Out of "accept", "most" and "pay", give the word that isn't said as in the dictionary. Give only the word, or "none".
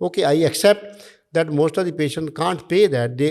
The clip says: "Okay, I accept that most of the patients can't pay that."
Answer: none